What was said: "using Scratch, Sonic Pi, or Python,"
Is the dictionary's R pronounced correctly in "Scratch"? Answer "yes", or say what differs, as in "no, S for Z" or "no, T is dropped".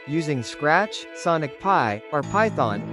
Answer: yes